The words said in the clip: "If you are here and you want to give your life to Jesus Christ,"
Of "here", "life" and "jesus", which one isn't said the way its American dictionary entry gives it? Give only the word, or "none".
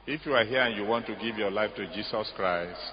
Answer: jesus